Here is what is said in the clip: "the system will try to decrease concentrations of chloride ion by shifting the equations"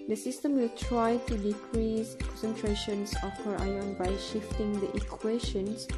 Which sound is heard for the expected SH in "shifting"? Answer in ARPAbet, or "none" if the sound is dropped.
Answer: SH